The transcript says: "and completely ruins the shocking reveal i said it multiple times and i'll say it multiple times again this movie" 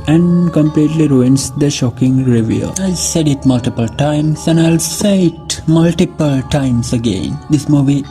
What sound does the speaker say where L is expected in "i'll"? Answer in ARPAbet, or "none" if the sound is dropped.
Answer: L